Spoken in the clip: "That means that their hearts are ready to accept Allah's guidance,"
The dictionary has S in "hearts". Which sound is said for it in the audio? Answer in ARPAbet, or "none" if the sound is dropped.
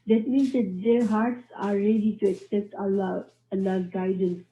S